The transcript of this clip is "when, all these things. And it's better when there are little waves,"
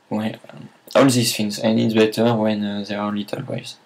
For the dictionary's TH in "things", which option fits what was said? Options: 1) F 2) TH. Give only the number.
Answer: 1